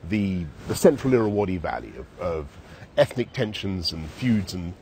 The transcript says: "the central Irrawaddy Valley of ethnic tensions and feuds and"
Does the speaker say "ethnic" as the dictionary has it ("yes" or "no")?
yes